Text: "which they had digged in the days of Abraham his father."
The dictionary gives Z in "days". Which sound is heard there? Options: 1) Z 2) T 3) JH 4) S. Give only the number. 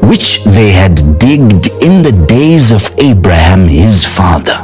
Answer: 1